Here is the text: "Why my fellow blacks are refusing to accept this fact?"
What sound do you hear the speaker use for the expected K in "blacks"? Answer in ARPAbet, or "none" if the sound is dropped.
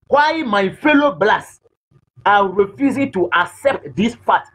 none